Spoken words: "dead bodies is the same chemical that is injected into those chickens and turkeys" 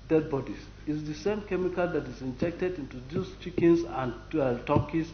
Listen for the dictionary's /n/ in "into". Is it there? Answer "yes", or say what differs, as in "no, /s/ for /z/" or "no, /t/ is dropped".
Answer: yes